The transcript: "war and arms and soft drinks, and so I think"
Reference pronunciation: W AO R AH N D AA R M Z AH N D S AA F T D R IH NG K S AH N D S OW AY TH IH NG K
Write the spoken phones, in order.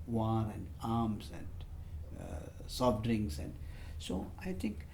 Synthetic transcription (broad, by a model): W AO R AH N D AA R M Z AH N D S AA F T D R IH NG S AH N D S OW AY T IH NG K